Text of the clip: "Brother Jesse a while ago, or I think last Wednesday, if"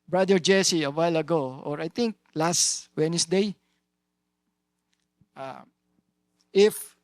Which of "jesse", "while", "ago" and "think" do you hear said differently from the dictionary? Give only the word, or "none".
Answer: think